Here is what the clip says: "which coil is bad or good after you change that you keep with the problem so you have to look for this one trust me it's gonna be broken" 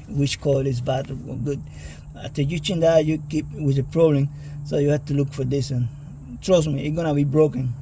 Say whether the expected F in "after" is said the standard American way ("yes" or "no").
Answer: no